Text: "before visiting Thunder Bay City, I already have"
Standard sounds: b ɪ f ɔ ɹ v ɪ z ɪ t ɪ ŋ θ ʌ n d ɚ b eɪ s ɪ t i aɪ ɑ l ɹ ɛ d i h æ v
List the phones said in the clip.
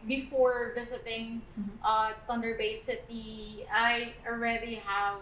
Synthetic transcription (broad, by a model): b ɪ f ɔ ɹ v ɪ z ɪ t ɪ ŋ t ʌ n d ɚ b eɪ s ɪ t i aɪ ɑ l ɹ ɛ d i h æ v